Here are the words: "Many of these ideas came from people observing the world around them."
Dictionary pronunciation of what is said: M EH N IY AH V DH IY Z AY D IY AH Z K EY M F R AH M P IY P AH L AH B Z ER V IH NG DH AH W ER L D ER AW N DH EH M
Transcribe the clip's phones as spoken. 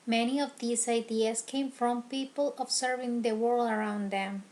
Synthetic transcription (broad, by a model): M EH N IY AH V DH IY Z AY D IY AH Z K EY M F R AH M P IY P AH L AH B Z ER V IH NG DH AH W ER L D ER AW N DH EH M